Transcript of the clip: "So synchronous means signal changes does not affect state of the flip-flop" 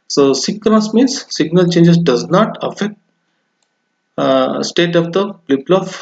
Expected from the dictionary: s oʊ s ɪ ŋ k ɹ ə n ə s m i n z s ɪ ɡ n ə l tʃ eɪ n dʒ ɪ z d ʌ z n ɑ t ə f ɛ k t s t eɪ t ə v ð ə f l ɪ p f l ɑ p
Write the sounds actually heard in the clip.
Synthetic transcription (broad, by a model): s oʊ s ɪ k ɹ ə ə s m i n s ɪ ɡ n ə l tʃ eɪ n dʒ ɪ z d ʌ z n ɑ t ə f ɛ k t s t eɪ t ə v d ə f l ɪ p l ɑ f